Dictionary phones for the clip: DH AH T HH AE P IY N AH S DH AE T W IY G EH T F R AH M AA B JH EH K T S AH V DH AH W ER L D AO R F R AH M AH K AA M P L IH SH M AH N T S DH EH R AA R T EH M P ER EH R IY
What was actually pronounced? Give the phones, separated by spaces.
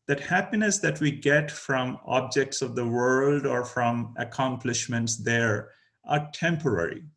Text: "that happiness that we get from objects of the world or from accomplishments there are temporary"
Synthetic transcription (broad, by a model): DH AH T HH AE P IY N AH S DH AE T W IY G EH T F R AH M AA B JH EH K T S AH V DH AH W ER L D AO R F R AH M AH K AA M P L IH SH M AH N T S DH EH R AA R T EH M P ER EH R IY